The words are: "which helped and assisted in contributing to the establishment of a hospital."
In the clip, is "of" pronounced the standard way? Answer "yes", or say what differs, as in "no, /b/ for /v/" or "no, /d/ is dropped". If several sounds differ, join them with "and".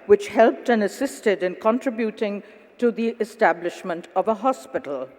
yes